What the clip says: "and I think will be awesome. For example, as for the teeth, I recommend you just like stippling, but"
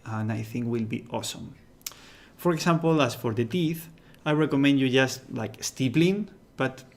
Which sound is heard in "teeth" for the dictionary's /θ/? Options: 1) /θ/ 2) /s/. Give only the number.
1